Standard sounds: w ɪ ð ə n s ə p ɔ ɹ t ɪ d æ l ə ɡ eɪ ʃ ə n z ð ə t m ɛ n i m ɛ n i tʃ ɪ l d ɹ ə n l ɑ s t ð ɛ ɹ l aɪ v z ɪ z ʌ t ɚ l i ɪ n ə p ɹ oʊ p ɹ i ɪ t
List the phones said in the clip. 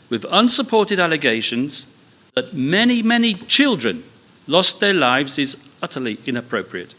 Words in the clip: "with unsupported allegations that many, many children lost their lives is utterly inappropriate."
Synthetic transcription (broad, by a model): w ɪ ð ə n s ə p ɔ ɹ t ɪ d æ l ə ɡ eɪ ʃ ə n z ð ə t m ɛ n i m ɛ n i tʃ ɪ l d ɹ ə n l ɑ s ð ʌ ɹ l aɪ v z ɪ z ʌ t ɚ l i ɪ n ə p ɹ oʊ p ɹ i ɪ t